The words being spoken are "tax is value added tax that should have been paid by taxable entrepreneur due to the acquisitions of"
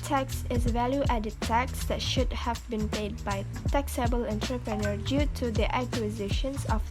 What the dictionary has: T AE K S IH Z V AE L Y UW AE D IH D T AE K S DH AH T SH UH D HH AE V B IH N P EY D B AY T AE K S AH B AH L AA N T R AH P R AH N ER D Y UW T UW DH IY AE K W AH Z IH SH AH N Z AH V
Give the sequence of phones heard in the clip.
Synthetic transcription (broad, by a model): T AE K S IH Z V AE L Y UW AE D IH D T AE K S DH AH T SH UH D HH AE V B IH N P EY D B AY T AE K S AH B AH L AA N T R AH P R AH N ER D Y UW T UW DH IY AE K W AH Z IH SH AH N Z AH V